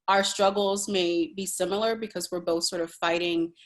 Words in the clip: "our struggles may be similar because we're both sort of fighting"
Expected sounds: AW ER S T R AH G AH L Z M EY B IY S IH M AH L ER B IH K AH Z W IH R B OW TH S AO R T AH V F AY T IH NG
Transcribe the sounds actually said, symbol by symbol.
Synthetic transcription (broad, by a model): AW ER S T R AH G L Z M EY B IY S IH M L ER B IH K AH Z W IH R B OW TH S AO R T AH V F AY T IH NG